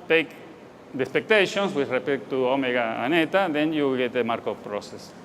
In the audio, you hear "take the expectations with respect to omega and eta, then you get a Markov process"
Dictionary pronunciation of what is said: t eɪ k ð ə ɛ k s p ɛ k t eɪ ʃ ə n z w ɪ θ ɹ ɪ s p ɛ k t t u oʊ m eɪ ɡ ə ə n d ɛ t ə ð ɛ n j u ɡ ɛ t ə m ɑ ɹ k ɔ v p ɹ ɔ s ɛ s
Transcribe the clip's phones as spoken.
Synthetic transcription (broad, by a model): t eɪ k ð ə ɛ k s p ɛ k t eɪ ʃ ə n s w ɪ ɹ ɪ p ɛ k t t u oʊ m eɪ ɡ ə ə n ɛ t ə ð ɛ n j u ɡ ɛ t ə m ɑ ɹ k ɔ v p ɹ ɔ s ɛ s